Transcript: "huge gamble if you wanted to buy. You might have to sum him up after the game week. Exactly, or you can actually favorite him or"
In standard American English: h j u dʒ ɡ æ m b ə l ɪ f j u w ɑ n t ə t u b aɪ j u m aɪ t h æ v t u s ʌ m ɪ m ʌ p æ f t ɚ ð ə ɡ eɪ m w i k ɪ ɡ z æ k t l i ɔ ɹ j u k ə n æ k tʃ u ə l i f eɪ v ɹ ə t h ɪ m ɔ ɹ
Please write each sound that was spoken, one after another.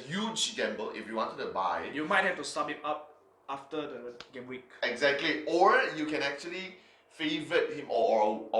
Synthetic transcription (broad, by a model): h j u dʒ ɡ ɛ m b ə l ɪ f j u w ɑ n t ə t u b aɪ j u m aɪ t h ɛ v t u s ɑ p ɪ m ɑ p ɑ f t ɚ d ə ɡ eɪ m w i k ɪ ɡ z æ k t l i ɔ ɹ j u k ə n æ k tʃ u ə l i f eɪ v ə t h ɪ m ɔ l